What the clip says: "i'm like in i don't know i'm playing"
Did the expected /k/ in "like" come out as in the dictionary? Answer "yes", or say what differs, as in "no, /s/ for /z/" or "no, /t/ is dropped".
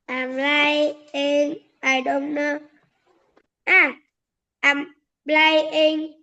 no, /k/ is dropped